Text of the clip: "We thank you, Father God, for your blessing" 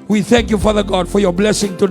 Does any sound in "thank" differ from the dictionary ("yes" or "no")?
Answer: no